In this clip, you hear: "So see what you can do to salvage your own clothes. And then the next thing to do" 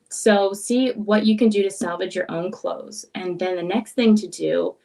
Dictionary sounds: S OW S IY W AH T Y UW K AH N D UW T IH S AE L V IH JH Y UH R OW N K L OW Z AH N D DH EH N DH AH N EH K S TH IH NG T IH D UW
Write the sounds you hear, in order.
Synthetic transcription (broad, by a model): S OW S IY W AH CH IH K AH N D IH T IH S AE L V IH JH Y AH R OW N K L OW Z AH N DH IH N DH AH N EH K S TH IH NG T IH D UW